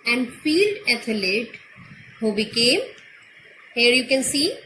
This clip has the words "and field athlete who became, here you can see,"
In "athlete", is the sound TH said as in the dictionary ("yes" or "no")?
no